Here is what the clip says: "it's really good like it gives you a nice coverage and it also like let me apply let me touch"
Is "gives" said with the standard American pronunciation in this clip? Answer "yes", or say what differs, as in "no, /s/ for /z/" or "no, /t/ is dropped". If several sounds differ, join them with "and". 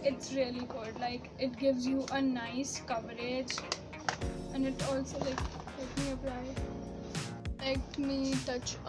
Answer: yes